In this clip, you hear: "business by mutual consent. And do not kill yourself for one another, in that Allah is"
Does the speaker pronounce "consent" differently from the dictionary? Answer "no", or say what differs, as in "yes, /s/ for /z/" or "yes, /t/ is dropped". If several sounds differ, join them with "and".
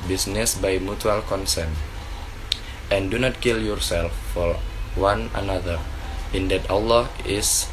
no